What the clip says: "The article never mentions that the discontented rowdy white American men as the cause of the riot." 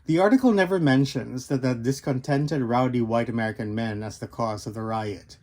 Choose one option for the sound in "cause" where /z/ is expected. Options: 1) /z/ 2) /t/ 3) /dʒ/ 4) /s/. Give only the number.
1